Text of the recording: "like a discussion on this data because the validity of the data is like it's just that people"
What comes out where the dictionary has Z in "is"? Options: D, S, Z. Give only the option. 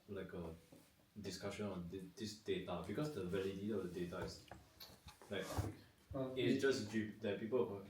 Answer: S